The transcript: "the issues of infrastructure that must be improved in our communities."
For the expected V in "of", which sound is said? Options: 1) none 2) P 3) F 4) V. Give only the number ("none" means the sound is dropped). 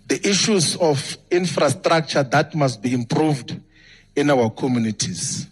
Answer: 3